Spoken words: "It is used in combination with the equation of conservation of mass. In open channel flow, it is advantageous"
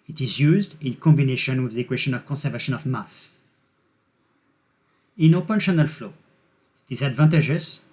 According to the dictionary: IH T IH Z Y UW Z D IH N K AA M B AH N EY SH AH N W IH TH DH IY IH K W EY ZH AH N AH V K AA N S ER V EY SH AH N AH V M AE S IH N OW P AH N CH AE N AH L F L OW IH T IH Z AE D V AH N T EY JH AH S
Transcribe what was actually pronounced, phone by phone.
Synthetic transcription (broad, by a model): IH T IH Z Y UW Z D IH N K AA M B AH N EY SH AH N W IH DH IY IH K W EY S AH N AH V K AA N S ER V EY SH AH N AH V M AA S IH N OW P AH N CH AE N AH L F L OW IH T IH Z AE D V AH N T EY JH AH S